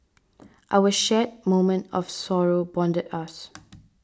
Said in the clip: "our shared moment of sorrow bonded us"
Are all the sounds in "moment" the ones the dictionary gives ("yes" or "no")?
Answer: yes